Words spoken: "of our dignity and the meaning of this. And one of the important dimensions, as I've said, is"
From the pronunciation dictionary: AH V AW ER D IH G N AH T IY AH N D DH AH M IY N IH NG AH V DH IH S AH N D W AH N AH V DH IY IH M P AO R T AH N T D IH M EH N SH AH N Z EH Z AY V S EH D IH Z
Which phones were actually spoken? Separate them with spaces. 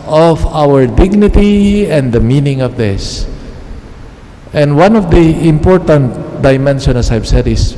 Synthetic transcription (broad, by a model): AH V AW ER D IH G N AH T IY AH N D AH M IY N IH NG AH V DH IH S AH N D W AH N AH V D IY IH M P AO R T AH N T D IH M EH N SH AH N EH S AY V S EH D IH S